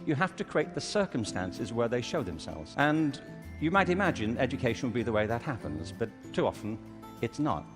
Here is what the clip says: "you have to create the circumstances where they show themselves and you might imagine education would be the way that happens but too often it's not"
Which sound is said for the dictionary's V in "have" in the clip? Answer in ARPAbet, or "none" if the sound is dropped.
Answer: F